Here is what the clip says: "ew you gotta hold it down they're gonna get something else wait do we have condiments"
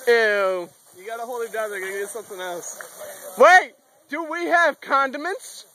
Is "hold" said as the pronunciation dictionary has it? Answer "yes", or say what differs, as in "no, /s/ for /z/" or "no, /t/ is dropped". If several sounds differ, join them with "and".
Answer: no, /d/ is dropped